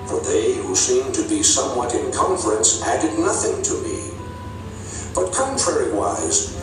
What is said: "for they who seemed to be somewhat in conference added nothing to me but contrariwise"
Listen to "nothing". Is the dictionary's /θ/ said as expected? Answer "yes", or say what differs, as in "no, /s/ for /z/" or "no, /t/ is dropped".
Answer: yes